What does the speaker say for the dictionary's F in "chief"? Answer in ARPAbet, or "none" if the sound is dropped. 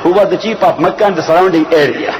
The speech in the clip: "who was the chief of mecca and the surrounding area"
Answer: P